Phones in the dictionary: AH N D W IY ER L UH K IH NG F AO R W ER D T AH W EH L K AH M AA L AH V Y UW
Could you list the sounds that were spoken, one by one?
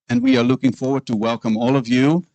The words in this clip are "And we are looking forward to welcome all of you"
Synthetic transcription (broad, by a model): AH N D W IY ER L UH K IH NG F AO R W ER D T AH W EH L K AH M AA L AH V Y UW